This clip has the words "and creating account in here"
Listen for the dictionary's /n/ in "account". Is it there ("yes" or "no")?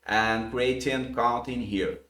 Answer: no